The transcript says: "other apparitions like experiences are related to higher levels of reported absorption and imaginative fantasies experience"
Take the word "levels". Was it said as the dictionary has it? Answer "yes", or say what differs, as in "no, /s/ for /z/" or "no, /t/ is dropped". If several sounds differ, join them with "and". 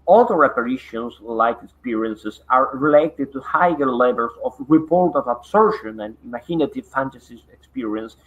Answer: no, /s/ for /z/